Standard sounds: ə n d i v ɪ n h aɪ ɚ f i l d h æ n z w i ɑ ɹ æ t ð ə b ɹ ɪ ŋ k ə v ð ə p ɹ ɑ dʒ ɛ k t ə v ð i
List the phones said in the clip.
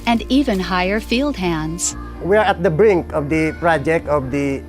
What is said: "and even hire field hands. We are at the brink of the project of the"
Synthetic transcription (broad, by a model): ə n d i v ɪ n h aɪ ɚ f i l d h æ n z w i ɑ ɹ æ t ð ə b ɹ ɪ ŋ k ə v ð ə p ɹ ɑ dʒ ɛ k t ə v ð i